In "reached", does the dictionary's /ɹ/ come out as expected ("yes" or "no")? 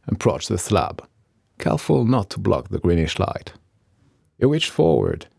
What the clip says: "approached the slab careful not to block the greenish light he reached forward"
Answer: no